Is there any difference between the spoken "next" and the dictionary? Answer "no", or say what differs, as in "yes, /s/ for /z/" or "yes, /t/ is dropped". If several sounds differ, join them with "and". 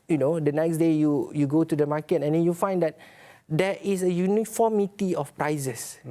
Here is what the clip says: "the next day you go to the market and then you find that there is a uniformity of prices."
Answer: no